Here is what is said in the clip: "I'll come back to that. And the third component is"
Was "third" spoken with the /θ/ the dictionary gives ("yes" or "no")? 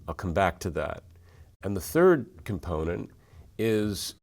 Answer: yes